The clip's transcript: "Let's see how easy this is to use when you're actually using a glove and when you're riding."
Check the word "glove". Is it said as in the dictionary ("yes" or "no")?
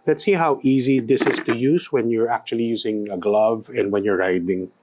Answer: yes